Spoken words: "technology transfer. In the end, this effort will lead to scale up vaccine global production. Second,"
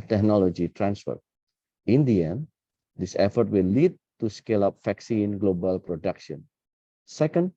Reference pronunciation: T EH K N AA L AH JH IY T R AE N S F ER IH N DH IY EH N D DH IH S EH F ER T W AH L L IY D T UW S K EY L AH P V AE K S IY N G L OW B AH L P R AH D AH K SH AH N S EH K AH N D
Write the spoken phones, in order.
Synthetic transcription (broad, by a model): T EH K N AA L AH JH IY T R AE N S F ER IH N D IY EH N D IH S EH F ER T W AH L L IY D T UW S K EY L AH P F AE K S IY N G L OW B AH L P R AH D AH K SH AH N S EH K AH N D